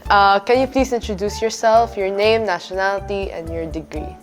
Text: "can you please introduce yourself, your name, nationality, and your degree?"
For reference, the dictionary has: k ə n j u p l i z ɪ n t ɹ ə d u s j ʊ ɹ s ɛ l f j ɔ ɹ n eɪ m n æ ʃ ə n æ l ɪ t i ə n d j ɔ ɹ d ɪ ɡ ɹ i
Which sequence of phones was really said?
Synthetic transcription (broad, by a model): k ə n j u p l i s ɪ n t ɹ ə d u s j ʊ ɹ s ɛ l f j ɔ ɹ n eɪ m n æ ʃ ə n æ l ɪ t i ə n d j ɔ ɹ d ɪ ɡ ɹ i